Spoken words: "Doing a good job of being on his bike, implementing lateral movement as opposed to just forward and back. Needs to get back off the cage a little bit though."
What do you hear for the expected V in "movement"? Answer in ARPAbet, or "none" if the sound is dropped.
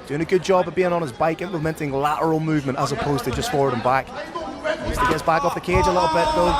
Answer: V